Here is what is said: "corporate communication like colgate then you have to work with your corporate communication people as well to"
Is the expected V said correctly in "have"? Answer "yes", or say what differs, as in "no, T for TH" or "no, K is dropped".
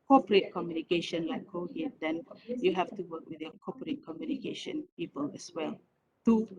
no, F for V